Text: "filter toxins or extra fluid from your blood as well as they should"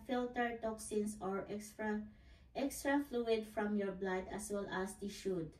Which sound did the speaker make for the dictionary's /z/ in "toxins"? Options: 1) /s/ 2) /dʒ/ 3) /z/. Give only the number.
1